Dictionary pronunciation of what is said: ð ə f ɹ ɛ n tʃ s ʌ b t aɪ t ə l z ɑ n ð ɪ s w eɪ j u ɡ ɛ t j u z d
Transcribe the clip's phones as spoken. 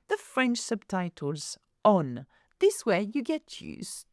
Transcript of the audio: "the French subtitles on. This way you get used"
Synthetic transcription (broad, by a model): ð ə f ɹ ɛ n tʃ s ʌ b t aɪ t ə l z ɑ n ð ɪ s w eɪ j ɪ ɡ ɛ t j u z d